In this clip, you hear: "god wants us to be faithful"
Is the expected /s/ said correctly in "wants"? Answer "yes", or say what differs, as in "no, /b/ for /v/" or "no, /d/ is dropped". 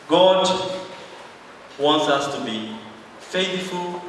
yes